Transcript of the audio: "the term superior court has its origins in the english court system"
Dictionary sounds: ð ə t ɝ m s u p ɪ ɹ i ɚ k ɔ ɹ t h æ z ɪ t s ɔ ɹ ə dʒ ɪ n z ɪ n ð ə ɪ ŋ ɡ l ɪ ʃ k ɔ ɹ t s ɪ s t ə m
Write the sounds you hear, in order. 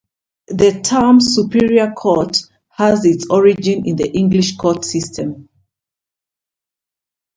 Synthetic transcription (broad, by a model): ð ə t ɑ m s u p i ɹ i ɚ k ɔ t h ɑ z ɪ t s ɔ ɹ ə dʒ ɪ n ɪ n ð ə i ŋ ɡ l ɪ ʃ k ɔ t s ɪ s t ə m